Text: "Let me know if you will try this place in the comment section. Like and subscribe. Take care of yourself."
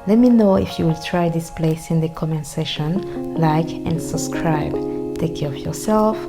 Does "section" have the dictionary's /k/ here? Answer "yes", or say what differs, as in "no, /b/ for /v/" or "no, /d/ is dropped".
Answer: no, /k/ is dropped